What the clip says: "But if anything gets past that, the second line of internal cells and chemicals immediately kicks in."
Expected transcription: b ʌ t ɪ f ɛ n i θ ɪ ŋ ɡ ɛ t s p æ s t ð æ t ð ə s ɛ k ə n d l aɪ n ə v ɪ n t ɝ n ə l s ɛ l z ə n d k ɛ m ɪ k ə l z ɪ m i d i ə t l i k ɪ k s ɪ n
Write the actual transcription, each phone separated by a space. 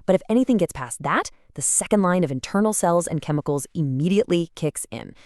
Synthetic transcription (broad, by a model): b ʌ t ɪ f ɛ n i θ ɪ ŋ ɡ ɛ t s p æ s ð æ t ð ə s ɛ k ə n d l aɪ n ə v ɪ n t ɝ n l s ɛ l z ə n k ɛ m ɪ k l z ɪ m i d i ə t l i k ɪ k s ɪ n